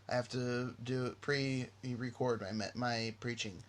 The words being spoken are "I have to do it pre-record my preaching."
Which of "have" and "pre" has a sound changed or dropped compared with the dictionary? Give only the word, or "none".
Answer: have